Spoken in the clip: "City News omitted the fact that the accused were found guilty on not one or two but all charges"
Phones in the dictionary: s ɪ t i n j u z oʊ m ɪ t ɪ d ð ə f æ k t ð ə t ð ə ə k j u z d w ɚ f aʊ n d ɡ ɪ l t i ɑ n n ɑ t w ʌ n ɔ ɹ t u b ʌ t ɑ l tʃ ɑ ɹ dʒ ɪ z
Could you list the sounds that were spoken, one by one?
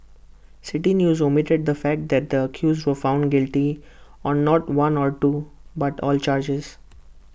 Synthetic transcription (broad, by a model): s ɪ t i n j u z oʊ m ɪ t ɪ d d ə f æ k t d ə t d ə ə k j u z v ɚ f aʊ n d ɡ ɪ l t i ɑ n n ɑ t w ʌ n ɔ ɹ t u b ʌ t ɑ l tʃ ɑ ɹ dʒ ɪ z